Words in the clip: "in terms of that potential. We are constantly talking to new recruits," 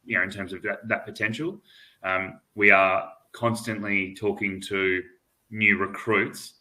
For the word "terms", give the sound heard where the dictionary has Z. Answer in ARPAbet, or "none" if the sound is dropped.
Z